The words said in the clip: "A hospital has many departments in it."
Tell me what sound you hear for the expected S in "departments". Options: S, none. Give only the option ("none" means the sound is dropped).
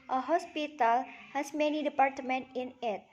none